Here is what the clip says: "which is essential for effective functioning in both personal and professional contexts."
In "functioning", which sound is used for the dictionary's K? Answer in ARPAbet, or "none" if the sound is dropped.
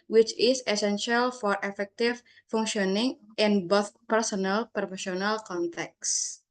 none